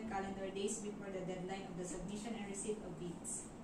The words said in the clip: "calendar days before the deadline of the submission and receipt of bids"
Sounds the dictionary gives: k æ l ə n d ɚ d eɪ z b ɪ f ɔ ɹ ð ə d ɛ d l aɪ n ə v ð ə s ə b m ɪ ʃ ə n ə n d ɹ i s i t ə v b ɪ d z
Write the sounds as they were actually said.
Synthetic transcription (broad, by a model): k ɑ l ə n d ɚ d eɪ s b ɪ f ɔ ɹ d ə d ɛ d l aɪ n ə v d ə s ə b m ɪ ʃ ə n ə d ɹ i s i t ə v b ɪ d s